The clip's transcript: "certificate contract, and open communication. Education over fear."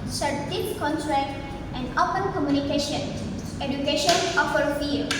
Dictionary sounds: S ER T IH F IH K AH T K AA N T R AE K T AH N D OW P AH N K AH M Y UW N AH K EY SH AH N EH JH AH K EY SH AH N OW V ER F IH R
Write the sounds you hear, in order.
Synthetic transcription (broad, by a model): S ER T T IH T K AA N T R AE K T AH N D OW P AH N K AH M Y UW N AH K EY SH AH N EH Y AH K EY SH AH N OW F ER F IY R